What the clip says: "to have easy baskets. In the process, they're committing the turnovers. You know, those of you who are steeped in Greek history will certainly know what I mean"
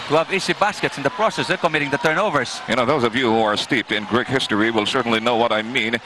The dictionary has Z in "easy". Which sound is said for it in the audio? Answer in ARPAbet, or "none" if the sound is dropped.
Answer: S